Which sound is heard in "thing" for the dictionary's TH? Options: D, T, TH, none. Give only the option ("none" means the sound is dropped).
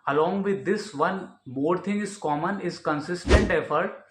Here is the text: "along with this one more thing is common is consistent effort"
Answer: T